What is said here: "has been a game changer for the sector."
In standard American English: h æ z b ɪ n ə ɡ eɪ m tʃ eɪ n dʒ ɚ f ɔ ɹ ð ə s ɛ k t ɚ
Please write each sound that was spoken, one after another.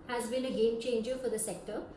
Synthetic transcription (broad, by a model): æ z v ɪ l ə ɡ eɪ m tʃ eɪ n dʒ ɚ f ɔ ɹ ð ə s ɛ k t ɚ